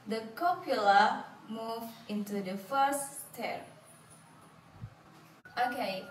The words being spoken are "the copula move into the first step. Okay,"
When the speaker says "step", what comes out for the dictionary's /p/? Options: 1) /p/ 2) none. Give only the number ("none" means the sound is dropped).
2